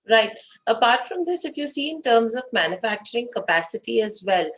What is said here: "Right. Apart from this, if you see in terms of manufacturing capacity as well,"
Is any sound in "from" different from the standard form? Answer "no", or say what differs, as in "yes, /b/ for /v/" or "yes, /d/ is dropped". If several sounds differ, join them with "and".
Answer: no